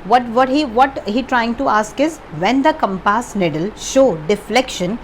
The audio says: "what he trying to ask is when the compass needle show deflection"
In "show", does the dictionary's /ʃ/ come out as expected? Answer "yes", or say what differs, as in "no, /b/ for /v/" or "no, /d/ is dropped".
yes